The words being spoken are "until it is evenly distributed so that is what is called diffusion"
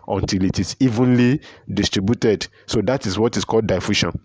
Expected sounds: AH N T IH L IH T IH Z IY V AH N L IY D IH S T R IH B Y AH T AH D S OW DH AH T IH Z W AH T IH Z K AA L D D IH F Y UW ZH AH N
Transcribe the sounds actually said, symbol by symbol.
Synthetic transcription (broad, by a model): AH N T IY L IH T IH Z IY V AH N L IY D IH S T R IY B Y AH T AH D S OW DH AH T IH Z W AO T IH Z K AA L D D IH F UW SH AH N